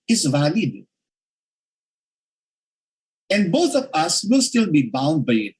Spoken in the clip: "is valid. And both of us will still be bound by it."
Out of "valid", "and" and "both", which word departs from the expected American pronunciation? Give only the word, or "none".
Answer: both